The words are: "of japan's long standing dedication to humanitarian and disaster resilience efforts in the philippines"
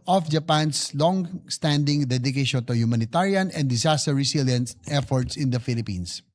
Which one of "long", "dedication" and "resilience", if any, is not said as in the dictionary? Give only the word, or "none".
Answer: resilience